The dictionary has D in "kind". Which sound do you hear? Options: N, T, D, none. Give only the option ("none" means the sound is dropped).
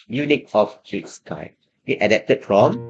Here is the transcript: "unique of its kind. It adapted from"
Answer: none